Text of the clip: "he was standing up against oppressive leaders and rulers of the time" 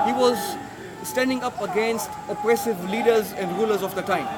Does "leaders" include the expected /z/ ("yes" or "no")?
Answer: yes